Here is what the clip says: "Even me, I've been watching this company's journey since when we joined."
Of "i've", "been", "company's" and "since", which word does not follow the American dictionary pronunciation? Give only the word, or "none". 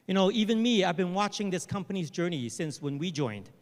none